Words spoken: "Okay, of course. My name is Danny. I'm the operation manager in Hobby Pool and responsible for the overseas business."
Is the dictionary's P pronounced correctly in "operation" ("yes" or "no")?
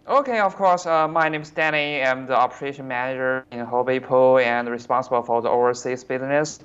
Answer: yes